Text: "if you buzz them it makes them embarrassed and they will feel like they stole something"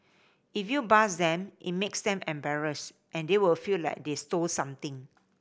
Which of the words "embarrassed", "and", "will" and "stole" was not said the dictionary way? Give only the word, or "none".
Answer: none